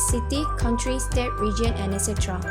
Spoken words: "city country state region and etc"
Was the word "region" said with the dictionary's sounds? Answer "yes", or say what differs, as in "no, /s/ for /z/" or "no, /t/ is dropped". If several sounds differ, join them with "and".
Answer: yes